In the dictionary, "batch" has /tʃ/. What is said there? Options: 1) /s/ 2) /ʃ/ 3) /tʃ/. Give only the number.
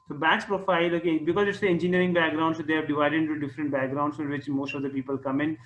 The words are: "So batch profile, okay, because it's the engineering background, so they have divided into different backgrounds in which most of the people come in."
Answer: 1